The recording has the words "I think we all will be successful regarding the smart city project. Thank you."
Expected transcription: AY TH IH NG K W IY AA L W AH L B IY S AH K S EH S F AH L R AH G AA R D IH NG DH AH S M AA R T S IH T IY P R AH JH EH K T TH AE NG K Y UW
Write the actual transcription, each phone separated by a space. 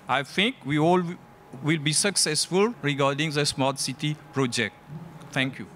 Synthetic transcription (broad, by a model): AY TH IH NG K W IY AA L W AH L B IY S AH K S EH S F AH L R AH G AA R D IH NG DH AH S M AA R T S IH T IY P R AH JH EH K T T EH NG K Y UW